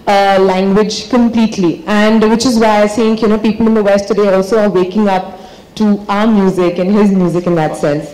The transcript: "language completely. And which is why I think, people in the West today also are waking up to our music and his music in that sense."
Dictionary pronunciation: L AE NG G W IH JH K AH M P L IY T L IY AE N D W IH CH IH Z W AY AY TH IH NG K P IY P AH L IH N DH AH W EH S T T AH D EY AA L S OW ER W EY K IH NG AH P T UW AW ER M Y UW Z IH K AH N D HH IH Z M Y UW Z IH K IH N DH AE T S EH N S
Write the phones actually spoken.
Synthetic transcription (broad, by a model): L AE NG G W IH JH K AH M P L IY T L IY AE N D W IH CH IH Z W AY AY S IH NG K P IY P AH L IH N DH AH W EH S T T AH D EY AA L S OW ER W EY K IH NG AH P T UW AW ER M Y UW Z IH K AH N HH IH Z M Y UW Z IH K IH N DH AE T S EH N S